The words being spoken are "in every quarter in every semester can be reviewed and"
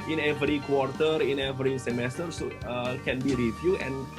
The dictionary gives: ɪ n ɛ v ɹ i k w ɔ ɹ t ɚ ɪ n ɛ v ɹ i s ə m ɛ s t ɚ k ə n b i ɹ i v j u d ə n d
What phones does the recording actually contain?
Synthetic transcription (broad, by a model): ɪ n ɛ v ɹ i k w ɔ ɹ t ɚ ɪ n ɛ v ɹ i s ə m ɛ s t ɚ k ə n b i ɹ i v j u ə n